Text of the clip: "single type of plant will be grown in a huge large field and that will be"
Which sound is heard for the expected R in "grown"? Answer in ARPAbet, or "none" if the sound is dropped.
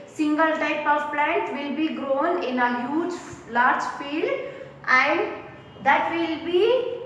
R